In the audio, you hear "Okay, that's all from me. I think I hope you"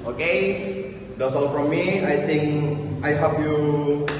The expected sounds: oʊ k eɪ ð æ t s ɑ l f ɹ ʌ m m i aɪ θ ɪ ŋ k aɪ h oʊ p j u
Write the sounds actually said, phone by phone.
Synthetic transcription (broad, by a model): oʊ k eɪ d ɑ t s ɑ l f ɹ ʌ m m i aɪ t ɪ ŋ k aɪ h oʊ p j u